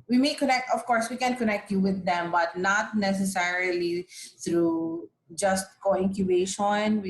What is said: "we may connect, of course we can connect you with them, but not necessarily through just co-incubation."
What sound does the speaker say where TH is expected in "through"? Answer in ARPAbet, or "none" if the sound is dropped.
T